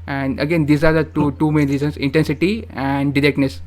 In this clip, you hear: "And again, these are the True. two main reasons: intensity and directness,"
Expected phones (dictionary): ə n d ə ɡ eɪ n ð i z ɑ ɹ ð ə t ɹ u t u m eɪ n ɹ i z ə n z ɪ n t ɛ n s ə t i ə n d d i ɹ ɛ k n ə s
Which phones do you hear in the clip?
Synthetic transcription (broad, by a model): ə n d ə ɡ eɪ n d i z ɑ ɹ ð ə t u t u m eɪ n ɹ i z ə n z ɪ n t ɛ n s ə t i ə n d d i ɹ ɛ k n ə s